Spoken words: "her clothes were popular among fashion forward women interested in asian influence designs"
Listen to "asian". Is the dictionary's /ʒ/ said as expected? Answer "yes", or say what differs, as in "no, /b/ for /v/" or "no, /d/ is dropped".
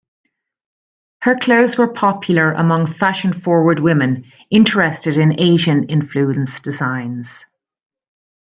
yes